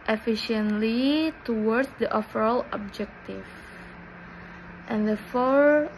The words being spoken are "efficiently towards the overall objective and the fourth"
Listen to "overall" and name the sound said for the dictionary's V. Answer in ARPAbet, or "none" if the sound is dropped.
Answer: F